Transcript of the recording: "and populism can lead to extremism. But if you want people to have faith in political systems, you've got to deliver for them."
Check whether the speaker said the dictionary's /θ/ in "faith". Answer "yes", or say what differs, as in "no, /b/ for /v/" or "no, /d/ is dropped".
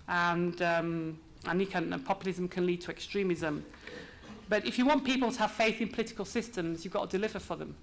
yes